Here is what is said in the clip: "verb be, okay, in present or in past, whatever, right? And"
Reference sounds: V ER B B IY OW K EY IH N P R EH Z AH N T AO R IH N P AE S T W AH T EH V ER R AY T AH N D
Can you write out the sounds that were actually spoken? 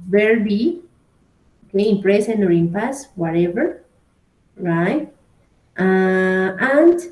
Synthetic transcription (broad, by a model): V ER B B IY OW K EY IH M P R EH S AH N AO R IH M P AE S W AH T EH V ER R AY T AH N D